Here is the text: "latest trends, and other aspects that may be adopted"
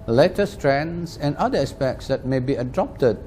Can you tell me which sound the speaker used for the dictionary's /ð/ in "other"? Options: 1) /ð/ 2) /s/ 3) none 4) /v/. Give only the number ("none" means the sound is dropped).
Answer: 3